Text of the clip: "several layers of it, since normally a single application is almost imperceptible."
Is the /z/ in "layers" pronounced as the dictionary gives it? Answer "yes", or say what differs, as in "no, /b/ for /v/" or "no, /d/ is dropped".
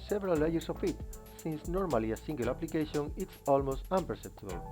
no, /s/ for /z/